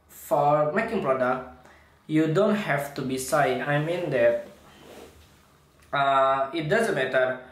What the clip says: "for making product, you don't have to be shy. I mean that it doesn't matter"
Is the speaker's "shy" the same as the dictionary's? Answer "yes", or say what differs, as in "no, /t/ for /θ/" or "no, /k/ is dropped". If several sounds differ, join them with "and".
no, /s/ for /ʃ/